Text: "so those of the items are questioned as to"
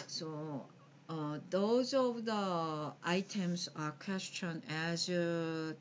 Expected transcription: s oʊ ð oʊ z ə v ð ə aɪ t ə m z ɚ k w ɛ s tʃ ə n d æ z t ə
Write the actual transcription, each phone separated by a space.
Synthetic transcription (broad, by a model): s oʊ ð oʊ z ə v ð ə aɪ t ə m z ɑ k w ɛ s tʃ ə n æ z